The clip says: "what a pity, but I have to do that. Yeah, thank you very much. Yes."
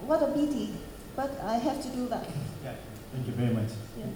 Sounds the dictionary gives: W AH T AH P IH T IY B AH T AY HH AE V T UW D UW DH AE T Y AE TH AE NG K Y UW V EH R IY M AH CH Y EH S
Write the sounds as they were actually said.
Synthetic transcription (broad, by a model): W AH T AH B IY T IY B AH T AY HH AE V T UW D UW DH AE T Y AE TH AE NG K Y UW V EH R IY M AH CH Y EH